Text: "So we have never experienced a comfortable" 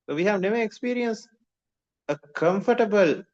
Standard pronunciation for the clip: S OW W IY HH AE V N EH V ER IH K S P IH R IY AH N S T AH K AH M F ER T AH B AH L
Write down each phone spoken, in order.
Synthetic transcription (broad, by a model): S OW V IY HH AE V N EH V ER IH K S P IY R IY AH N S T AH K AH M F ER T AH B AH L